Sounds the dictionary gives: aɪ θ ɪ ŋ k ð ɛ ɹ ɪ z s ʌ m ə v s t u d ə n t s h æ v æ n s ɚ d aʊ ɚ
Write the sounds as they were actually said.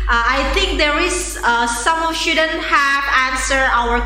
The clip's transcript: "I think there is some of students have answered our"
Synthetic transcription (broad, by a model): aɪ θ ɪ ŋ k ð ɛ ɹ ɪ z s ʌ m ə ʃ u d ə n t h æ v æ n s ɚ aʊ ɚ